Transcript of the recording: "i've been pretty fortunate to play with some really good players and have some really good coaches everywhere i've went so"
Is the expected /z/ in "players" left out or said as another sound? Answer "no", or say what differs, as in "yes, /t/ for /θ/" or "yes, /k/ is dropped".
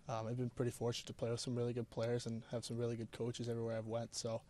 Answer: no